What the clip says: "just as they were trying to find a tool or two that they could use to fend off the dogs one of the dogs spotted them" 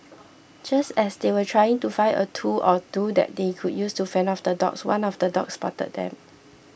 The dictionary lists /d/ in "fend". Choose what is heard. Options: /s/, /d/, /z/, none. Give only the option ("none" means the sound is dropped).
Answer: none